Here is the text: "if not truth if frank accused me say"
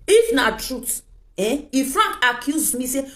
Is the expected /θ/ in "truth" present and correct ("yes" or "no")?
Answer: no